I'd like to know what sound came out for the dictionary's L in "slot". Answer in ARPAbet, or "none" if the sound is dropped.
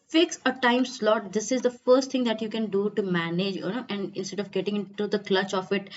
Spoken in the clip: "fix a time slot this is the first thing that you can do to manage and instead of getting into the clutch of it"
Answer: L